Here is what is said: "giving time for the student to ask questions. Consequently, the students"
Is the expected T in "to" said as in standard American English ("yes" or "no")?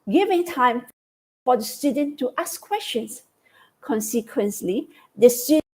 yes